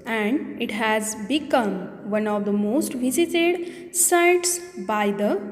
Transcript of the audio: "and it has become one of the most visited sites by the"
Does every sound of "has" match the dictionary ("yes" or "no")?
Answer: yes